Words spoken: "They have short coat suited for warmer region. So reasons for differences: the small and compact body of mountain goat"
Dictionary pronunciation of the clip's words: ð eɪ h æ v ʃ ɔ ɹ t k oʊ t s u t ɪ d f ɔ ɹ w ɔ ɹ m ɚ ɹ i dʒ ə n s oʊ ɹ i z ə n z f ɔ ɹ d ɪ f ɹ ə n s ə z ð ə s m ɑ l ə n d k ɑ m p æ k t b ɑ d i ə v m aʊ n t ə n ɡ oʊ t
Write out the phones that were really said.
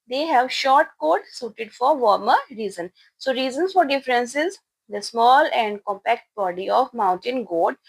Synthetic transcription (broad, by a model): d eɪ h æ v ʃ ɔ ɹ t k oʊ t s u t ɪ d f ɔ ɹ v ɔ ɹ m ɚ ɹ i z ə n s oʊ ɹ i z ə n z f ɔ ɹ d ɪ f ɹ ə n s ə z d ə s m ɑ l ə n d k ɑ m p æ k t b ɑ d i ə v m aʊ n t ə n ɡ oʊ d